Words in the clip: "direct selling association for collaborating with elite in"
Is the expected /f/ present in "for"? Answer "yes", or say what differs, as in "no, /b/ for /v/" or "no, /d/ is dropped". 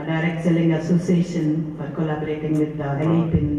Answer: no, /p/ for /f/